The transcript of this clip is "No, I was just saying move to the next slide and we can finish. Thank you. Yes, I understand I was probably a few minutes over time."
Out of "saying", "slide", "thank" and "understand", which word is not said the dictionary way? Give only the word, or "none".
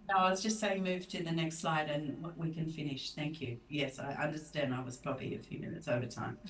none